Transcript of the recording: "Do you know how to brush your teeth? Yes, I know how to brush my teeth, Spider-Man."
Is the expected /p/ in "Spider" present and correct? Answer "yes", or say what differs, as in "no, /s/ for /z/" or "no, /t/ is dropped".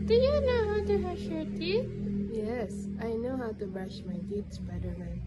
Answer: no, /b/ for /p/